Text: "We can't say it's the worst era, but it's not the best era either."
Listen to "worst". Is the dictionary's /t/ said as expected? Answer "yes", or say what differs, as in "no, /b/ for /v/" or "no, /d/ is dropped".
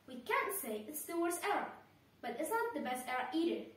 no, /t/ is dropped